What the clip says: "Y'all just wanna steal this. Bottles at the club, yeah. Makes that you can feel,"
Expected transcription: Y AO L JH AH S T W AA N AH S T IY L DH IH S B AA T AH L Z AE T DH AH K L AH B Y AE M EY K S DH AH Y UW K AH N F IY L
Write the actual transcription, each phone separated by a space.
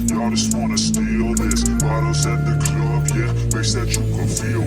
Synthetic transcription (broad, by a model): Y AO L JH AH S T W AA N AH S T IY L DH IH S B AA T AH Z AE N DH AH K L AH B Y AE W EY S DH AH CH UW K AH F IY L